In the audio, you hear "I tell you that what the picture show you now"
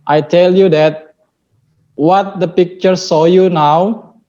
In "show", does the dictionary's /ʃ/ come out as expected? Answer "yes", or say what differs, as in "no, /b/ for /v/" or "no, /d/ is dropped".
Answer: no, /s/ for /ʃ/